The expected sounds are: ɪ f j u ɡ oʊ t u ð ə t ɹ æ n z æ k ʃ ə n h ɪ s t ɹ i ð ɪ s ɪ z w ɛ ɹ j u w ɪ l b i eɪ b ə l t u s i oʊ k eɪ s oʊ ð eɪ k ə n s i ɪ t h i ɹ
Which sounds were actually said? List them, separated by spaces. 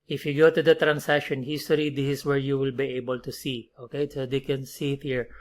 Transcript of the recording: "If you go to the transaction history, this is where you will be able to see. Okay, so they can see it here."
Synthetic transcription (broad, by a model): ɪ f j u ɡ oʊ t u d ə t ɹ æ n s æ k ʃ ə n h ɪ s t l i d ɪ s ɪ s w ɛ ɹ j u w ɪ l b i eɪ b ə l t u s i oʊ k eɪ s oʊ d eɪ k ə n s i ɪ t h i ɹ